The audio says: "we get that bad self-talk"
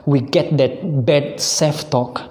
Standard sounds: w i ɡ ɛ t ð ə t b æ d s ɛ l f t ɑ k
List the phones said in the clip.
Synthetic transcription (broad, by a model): w i ɡ ɛ t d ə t b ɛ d s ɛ f t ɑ k